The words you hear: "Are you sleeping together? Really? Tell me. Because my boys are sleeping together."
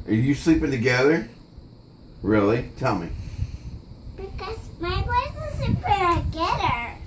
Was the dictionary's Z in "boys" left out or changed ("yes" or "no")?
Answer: yes